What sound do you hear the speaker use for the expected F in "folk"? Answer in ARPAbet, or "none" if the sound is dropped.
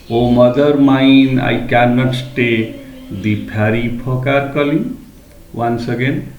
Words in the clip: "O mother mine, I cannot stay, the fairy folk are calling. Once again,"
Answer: P